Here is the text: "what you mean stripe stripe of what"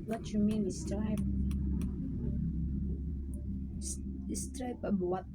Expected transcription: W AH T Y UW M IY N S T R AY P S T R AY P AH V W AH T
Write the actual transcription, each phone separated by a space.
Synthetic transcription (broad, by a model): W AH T Y UW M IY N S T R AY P S T R AY P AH B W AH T